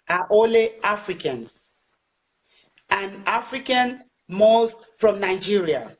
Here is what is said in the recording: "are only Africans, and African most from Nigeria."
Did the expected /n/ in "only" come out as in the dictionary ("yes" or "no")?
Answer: no